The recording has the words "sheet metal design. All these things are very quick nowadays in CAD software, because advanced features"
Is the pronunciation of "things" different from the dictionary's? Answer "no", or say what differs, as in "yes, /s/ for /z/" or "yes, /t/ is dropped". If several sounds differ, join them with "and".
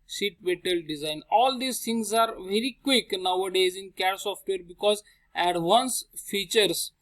yes, /t/ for /θ/